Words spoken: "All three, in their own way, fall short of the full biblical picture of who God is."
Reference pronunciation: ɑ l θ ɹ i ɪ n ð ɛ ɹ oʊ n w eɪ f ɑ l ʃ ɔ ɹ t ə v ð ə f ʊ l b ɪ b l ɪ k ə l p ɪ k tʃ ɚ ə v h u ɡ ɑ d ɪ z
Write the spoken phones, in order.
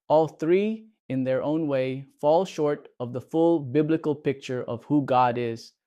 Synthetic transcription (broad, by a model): ɑ l θ ɹ i ɪ n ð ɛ ɹ oʊ n w eɪ f ɑ l ʃ ɔ ɹ t ə v ð ə f ʊ l b ɪ b l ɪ k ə l p ɪ k tʃ ɚ ə v h u ɡ ɑ d ɪ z